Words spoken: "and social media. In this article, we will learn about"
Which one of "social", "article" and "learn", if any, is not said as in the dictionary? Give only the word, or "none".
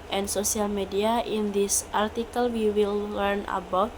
social